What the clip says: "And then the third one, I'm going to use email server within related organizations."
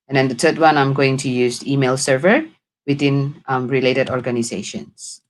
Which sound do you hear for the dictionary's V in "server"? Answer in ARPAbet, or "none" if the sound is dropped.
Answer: V